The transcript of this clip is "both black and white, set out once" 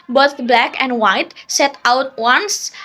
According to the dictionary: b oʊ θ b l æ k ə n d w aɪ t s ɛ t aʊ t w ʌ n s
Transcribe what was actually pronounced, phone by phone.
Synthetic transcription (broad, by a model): b oʊ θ b l æ k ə n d w aɪ t s ɛ t aʊ t w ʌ n s